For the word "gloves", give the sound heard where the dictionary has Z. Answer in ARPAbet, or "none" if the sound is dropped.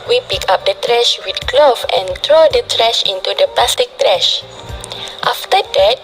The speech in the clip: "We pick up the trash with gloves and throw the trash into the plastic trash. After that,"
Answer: none